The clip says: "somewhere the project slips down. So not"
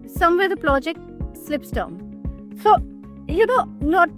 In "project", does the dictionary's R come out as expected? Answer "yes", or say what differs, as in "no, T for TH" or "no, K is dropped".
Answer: no, L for R